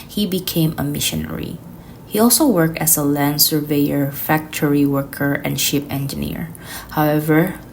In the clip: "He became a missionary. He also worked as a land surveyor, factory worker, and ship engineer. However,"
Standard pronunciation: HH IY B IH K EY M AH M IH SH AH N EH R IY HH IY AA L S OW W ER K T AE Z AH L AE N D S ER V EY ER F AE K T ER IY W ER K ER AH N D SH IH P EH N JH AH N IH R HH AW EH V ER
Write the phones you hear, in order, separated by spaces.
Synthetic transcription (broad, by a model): HH IY B IH K EY M AH M IH SH AH N EH R IY HH IY AA L S OW W ER K T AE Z AH L AE N D S ER V EY ER F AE K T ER IY W ER K ER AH N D SH IH P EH N JH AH N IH R HH AW EH V ER